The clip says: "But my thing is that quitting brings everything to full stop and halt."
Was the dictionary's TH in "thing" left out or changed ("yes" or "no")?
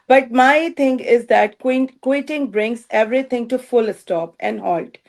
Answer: yes